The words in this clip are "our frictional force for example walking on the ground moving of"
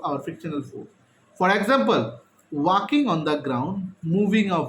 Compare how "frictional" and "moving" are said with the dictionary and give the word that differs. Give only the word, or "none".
frictional